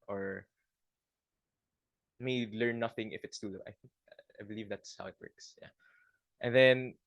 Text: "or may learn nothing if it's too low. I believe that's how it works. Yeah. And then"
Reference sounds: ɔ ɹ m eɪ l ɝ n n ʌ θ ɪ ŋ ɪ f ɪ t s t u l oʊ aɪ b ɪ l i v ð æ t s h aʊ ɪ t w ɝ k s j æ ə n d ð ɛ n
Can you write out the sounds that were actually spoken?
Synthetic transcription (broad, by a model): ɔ ɹ m eɪ l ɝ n n ʌ θ ɪ ŋ ɪ f ɪ t s t u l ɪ aɪ b ɪ l i v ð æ t s h aʊ ɪ t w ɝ k s j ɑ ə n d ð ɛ n